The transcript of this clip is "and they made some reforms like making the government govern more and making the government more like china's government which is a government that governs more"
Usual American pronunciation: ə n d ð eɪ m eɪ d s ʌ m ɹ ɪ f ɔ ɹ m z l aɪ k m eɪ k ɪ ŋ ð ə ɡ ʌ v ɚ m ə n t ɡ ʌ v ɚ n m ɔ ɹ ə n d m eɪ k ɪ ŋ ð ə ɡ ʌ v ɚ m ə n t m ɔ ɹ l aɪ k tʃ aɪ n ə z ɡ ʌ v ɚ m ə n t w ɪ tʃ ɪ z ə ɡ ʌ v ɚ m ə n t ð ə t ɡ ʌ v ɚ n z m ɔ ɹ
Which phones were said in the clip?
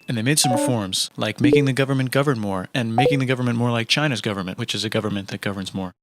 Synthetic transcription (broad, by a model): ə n ð eɪ m eɪ d s ʌ m ɹ ɪ f ɔ ɹ m z l aɪ k m eɪ k ɪ ŋ ð ə ɡ ʌ v ɚ m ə n ɡ ʌ v ɚ n m ɔ ɹ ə n m eɪ k ɪ ŋ ð ə ɡ ʌ v ɚ m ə n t m ɔ ɹ l aɪ k tʃ aɪ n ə z ɡ ʌ v ɚ m ə n t w ɪ tʃ ɪ z ə ɡ ʌ v ɚ m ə n ð ə t ɡ ʌ v ɚ n z m ɔ ɹ